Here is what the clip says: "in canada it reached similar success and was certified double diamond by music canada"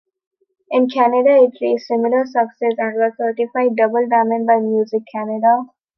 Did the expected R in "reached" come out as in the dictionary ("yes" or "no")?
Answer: no